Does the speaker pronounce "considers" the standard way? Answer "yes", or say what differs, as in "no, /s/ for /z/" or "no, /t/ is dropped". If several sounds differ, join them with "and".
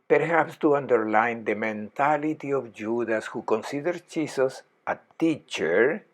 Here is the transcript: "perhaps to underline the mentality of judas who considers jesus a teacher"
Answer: no, /z/ is dropped